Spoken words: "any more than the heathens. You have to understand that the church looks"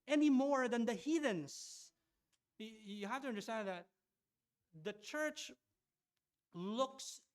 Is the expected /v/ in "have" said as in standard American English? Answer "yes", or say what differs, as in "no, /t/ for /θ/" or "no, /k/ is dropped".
no, /f/ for /v/